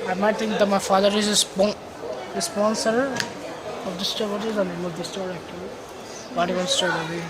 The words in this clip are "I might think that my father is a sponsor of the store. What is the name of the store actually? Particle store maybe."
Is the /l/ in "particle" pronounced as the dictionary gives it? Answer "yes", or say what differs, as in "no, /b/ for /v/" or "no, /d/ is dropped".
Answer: no, /n/ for /l/